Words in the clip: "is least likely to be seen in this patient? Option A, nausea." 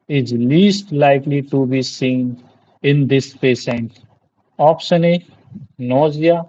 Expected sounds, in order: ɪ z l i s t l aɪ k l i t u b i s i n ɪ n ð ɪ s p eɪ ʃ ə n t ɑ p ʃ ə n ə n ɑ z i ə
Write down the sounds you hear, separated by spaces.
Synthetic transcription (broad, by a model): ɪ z l i s t l aɪ k l i t u b i s i n ɪ n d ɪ s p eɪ s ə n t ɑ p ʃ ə n ə n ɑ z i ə